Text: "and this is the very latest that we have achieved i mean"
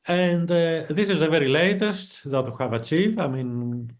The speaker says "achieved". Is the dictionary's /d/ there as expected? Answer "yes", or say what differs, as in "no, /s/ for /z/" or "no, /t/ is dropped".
no, /d/ is dropped